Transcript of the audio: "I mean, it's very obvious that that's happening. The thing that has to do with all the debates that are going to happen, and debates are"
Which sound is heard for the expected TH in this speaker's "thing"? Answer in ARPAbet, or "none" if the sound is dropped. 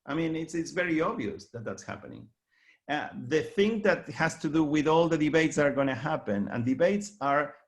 TH